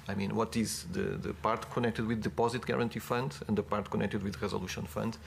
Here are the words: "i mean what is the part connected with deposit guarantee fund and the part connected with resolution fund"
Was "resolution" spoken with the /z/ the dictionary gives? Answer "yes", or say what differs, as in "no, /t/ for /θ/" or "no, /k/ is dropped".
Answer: yes